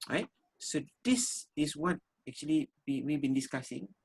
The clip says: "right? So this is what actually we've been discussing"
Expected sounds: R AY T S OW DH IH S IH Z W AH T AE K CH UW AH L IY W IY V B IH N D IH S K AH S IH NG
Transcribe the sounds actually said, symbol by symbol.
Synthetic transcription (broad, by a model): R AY T S OW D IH S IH S W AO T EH K CH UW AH L IY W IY W B IH N D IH S K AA S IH NG